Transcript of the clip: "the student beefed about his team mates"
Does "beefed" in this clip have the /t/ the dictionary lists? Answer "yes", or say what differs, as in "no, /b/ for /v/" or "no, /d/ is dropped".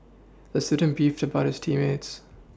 yes